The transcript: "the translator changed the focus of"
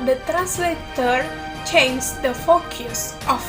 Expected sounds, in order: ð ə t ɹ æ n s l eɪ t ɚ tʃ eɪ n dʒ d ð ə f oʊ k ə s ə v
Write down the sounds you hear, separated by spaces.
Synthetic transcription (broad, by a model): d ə t ɹ æ n s l eɪ t ɚ tʃ eɪ n dʒ d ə f oʊ k ə s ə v